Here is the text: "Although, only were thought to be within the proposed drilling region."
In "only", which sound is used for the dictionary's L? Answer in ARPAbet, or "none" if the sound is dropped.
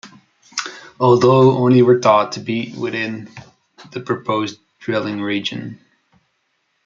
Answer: none